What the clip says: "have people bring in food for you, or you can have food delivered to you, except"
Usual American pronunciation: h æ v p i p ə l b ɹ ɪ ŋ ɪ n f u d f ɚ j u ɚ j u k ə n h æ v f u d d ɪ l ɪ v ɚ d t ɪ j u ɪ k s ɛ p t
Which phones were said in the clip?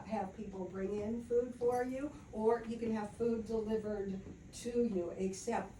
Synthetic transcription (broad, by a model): h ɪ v p i p l b ɹ ɪ ŋ ɪ n f u d f ɚ j u ɚ j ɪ k ə n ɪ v f u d d ɪ l ɪ v ɚ d t ɪ j u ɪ k s ɛ p t